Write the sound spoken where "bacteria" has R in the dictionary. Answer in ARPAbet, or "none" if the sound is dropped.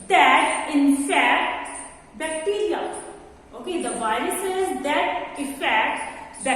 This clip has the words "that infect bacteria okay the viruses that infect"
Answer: L